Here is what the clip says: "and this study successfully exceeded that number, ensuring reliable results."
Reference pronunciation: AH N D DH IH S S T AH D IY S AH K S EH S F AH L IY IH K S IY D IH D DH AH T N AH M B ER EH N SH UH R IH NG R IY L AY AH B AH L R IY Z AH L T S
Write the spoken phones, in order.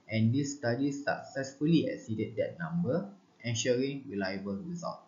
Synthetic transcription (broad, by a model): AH N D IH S S T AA D IY S AH K S EH S F AH L IY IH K S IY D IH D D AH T N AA M B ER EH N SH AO R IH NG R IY L AY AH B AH L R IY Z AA L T